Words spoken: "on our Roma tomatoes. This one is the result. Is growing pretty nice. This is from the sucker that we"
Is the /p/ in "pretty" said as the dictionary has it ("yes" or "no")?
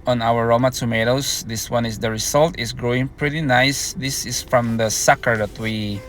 yes